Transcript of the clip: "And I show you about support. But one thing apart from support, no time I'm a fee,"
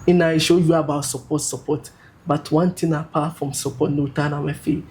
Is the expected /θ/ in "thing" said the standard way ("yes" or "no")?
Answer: no